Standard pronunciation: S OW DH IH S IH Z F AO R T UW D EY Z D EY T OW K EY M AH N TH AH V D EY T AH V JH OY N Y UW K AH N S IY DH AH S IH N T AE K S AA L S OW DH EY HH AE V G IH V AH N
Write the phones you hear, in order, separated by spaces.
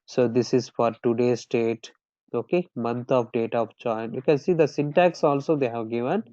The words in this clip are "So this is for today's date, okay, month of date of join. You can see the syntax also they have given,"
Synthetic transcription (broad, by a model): S OW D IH S IH Z F AO R T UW D EY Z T EY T OW K EY M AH N T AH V D EY T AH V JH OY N Y UW K AH N S IY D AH S IH N T AE K S AA L S OW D EY HH AE V G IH V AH N